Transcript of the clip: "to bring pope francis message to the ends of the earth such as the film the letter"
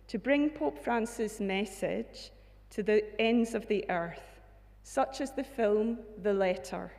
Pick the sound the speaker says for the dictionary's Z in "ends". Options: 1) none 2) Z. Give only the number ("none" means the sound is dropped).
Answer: 2